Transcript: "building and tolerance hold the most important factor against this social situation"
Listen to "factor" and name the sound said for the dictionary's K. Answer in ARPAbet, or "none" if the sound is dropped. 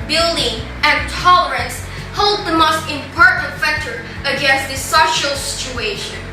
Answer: K